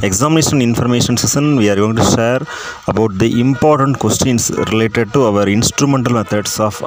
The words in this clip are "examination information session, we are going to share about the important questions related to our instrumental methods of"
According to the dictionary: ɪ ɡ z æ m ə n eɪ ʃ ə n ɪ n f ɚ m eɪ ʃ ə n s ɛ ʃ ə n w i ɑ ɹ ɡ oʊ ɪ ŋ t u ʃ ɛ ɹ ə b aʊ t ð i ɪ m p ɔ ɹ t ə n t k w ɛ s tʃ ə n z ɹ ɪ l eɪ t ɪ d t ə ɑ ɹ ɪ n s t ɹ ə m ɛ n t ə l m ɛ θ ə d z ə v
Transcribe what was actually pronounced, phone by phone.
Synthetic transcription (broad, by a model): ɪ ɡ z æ m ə n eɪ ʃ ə n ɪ n f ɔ m eɪ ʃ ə n s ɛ s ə n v i ɑ ɹ ɡ oʊ ɪ ŋ t u ʃ ɛ ɹ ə b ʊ t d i ɪ m p ɔ ɹ t ə n t k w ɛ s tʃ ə n s ɹ ɪ l eɪ t ɪ d t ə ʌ ɹ ɪ n s t ɹ ə m ɛ n t ə l m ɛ t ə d s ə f